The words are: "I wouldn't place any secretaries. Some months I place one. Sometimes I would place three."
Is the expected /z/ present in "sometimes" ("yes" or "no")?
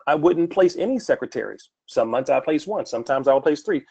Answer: yes